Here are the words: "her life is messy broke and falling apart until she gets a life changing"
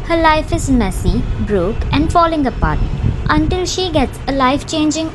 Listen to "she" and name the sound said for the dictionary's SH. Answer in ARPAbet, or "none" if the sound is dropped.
SH